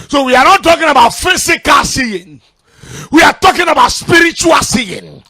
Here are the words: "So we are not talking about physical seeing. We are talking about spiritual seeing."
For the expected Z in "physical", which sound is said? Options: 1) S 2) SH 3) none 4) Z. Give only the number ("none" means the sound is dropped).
1